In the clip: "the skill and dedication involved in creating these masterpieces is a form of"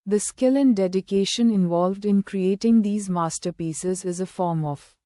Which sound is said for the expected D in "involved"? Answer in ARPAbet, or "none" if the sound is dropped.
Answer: D